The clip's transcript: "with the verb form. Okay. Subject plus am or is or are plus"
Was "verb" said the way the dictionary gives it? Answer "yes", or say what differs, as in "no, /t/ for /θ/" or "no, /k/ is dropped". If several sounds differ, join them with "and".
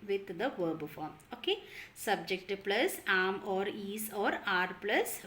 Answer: yes